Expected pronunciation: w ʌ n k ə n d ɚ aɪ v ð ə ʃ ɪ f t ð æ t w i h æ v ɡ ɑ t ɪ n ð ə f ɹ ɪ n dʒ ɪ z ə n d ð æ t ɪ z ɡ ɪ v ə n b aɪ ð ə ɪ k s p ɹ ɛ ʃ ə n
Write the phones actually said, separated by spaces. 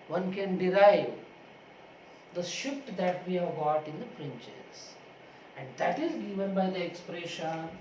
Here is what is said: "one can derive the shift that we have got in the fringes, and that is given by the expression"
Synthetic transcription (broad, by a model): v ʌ n k ə n d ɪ aɪ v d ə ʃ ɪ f t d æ t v i h æ v ɡ ɑ t ɪ n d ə p ɹ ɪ n tʃ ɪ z ə n d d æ t ɪ z ɡ ɪ v ə n b aɪ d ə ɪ k s p ɹ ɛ ʃ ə n